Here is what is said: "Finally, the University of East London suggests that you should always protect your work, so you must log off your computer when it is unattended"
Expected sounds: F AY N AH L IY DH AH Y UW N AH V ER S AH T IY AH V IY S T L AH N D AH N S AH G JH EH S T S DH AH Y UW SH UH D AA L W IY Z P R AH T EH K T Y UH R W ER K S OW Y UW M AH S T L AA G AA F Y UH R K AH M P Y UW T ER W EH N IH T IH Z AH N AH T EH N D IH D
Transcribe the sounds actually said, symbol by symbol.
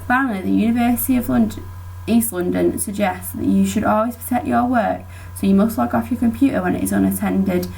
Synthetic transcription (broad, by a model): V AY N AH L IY DH AH Y UW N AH V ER S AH T IY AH V IY S T L AH N D AH N S AH G JH EH S T S DH AH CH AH SH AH D AA L W IY Z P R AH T EH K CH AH W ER K S OW Y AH M AH S T L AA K AA F Y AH K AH M P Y UW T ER W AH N IH T IH Z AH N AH T EH N D IH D